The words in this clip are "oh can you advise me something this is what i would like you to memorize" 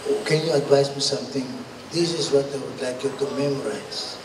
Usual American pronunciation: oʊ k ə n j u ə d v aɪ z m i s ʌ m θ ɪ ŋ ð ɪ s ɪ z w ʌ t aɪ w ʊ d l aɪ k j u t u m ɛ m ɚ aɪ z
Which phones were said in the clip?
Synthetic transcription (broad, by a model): k ə n j u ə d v aɪ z m i s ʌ m t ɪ ŋ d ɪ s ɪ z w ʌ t aɪ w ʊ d l aɪ k j u t u m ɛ m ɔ aɪ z